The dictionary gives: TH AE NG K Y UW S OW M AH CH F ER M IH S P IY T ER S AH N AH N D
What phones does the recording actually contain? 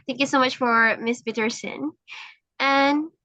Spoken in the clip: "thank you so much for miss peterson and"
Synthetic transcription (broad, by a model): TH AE NG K Y UW S OW M AH CH F ER M IH S B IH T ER S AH N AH N